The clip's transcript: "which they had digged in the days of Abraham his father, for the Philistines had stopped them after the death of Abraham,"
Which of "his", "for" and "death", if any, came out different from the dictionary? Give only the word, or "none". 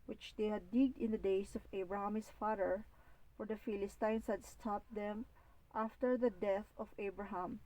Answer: his